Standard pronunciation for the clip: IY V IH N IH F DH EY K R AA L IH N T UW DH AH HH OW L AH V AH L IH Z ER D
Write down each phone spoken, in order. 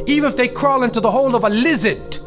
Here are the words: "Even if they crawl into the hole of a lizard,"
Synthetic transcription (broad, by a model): IY V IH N IH F DH EY K R AA L IH N T UW DH AH HH OW L AH V AH L IH Z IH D